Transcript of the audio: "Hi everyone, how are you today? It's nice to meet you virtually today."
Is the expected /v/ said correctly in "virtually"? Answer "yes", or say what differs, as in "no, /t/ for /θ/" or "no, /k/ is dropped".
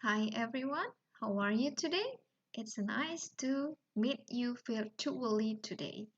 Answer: no, /f/ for /v/